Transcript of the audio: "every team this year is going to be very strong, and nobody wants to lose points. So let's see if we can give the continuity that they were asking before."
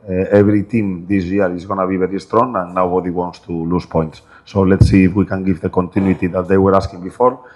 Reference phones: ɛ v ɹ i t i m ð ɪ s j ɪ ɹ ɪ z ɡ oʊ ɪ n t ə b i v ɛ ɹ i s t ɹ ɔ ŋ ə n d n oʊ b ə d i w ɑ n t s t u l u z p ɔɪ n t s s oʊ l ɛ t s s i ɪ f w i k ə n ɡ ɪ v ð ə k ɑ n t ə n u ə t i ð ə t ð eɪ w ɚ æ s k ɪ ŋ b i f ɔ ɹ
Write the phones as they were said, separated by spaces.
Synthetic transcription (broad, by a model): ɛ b ɹ i t i m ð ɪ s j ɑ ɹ ɪ z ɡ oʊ n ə b i b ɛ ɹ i s t ɹ ɔ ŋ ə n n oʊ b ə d i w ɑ n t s t u l u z p ɔɪ n t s s oʊ l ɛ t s s i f w i k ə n ɡ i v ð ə k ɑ n t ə n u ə t i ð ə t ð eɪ w ɚ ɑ s k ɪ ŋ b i f ɔ ɹ